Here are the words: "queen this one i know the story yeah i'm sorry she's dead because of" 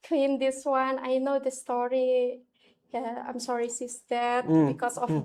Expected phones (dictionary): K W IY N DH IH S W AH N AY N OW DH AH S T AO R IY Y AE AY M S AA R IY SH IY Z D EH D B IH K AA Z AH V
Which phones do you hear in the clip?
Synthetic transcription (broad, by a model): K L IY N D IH S W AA N AY N OW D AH S T AO R IY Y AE AY M S AA R IY S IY S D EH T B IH K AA S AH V